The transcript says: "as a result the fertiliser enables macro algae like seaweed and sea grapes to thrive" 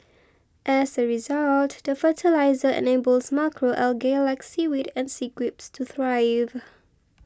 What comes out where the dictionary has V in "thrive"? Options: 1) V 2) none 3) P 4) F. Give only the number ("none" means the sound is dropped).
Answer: 1